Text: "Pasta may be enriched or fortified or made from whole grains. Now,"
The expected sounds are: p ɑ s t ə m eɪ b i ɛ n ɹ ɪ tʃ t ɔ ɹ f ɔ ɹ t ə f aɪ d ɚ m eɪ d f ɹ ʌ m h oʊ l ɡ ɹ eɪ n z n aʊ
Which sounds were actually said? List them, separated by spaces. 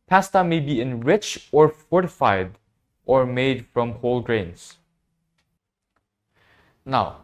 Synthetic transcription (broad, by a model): p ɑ s t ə m eɪ b i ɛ n ɹ ɪ tʃ ɔ ɹ f ɔ ɹ t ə f aɪ d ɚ m eɪ d f ɹ ʌ m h oʊ l ɡ ɹ eɪ n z n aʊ